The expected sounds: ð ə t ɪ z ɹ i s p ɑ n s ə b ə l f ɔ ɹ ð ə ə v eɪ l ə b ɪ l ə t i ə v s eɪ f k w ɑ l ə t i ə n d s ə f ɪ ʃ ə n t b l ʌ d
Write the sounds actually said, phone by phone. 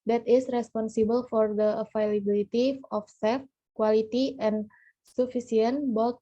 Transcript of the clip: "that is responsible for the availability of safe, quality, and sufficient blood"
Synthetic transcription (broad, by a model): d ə t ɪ s ɹ i s p ɑ n s ə b ə l f ɔ ɹ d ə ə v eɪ l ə b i l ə t i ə f s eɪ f k w ɑ l ə t i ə n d s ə f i s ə n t b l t